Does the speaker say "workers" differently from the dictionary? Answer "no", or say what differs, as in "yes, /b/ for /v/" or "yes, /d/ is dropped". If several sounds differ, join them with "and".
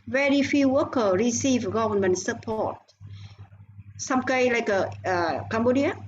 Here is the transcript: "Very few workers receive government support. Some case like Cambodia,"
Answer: yes, /z/ is dropped